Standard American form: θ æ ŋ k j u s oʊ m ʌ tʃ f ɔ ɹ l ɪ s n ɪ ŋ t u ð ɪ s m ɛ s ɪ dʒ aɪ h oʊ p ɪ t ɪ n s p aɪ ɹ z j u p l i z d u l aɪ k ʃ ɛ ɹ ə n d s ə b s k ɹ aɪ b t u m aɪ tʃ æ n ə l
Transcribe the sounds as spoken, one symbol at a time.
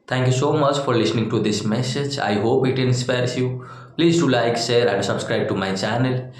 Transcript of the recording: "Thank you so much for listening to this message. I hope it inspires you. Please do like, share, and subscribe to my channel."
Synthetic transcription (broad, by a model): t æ ŋ k j u s oʊ m ʌ tʃ f ɔ ɹ l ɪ s n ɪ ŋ t u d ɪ s m ɛ s ɪ dʒ aɪ h oʊ p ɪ t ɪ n s p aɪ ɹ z j u p l i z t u l aɪ k s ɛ ɹ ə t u s ə b s k ɹ aɪ b t u m aɪ tʃ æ n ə l